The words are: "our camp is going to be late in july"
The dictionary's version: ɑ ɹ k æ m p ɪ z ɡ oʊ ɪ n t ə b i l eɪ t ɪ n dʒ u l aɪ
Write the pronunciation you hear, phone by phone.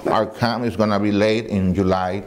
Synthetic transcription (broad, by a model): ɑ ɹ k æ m ɪ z ɡ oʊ n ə b i l eɪ t ɪ n dʒ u l aɪ